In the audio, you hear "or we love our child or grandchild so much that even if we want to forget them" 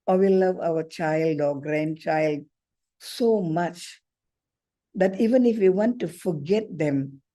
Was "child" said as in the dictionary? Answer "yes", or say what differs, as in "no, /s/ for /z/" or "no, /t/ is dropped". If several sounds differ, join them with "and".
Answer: yes